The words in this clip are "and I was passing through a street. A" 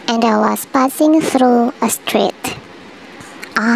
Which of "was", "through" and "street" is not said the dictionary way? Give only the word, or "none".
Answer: was